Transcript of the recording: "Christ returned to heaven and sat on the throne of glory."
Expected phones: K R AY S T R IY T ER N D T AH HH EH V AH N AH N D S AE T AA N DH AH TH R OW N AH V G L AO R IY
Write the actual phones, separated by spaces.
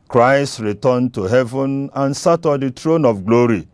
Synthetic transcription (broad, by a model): K R AY S T R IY T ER N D T AH HH EH V AH N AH N S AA T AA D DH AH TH R OW N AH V G L AO R IY